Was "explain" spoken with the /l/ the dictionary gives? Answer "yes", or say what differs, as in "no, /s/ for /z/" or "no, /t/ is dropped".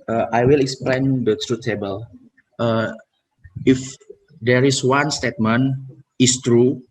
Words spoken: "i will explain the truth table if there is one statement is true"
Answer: yes